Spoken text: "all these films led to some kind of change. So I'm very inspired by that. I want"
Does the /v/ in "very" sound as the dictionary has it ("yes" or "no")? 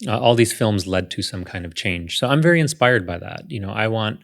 yes